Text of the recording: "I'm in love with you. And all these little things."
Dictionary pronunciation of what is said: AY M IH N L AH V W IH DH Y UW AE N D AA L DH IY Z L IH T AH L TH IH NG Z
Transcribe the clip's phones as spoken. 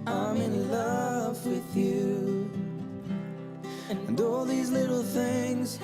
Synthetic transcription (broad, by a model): AY M IH N L AH V W IH DH Y UW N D AA L DH IY Z L IH T L TH IH NG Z